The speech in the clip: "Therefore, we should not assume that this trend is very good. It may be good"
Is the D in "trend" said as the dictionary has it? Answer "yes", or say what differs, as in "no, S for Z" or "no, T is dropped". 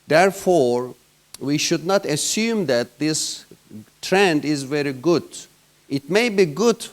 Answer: yes